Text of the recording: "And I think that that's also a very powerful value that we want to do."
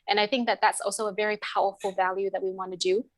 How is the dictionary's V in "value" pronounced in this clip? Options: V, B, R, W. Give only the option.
V